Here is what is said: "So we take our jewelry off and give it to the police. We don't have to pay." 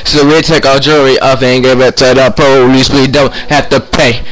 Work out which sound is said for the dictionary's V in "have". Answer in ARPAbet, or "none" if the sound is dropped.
F